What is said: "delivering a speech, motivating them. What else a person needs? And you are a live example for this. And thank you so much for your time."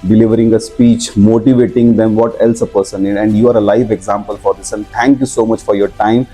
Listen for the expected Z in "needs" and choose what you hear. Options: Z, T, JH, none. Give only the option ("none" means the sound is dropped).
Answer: none